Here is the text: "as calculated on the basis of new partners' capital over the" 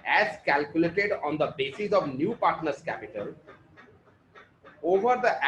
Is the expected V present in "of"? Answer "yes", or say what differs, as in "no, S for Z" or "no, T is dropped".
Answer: yes